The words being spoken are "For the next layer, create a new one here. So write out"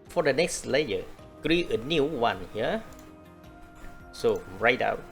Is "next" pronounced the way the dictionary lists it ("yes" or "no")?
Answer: yes